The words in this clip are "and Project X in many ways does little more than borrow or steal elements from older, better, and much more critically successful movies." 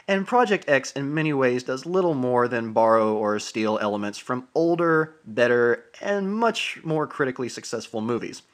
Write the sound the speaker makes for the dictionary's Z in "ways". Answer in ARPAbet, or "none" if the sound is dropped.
Z